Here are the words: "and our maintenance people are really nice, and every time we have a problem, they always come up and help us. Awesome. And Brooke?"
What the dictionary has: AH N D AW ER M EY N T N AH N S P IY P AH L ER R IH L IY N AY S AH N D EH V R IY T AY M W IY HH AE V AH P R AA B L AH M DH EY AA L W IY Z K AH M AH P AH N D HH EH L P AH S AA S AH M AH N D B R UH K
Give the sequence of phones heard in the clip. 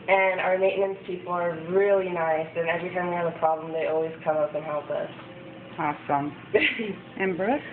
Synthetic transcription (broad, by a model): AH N AW ER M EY T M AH N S P IY P L ER R IH L IY N AY S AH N EH V R IY T AY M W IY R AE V AH P R AA B L AH M DH EY AA L W IY Z K AH M AH P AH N HH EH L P AH S AA S AH M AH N B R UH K